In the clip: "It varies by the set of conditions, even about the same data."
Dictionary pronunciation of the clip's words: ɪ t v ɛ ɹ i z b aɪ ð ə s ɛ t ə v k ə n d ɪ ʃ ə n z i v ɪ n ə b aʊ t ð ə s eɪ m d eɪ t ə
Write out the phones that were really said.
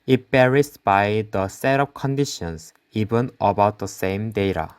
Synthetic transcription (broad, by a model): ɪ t b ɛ ɹ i s b aɪ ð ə s ɛ t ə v k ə n d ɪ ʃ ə n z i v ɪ n ə b aʊ t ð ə s eɪ m d eɪ t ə